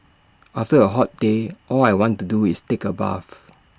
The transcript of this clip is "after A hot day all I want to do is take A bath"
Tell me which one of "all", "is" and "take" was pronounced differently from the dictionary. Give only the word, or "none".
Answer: is